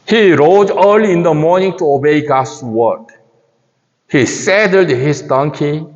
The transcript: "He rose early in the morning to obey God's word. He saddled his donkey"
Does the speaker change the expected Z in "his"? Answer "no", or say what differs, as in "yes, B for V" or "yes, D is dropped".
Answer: yes, S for Z